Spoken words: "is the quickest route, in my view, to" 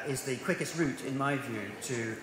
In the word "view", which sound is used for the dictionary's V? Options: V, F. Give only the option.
V